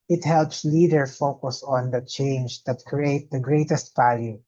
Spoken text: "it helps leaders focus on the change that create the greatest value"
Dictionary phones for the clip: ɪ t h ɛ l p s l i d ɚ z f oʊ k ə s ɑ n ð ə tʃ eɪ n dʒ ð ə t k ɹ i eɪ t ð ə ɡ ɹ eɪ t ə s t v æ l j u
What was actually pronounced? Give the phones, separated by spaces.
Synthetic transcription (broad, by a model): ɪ t h ɛ l p s l i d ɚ f oʊ k ə s ɑ n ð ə tʃ eɪ n dʒ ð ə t k ɹ i eɪ t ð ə ɡ ɹ eɪ t ə s t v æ l j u